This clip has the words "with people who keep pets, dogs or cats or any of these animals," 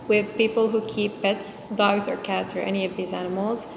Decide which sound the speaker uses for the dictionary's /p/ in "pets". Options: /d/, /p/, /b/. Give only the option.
/p/